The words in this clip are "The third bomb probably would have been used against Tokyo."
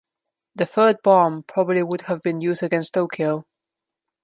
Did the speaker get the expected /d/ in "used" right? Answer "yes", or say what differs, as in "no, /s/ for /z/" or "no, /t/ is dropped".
no, /d/ is dropped